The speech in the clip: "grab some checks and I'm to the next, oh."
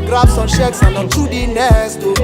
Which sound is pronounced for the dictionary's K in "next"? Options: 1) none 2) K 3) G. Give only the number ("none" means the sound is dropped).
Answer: 1